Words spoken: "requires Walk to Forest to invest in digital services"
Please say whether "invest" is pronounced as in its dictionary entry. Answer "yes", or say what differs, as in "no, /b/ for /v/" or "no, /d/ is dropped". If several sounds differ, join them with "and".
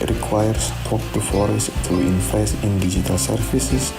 no, /f/ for /v/ and /t/ is dropped